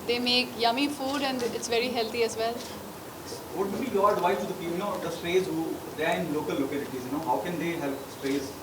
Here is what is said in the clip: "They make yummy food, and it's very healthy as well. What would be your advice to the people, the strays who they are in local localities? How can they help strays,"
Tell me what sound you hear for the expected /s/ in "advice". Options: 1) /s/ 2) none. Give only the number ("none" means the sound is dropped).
2